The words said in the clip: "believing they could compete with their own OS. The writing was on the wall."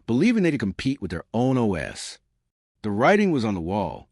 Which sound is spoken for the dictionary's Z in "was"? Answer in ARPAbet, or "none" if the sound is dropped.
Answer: Z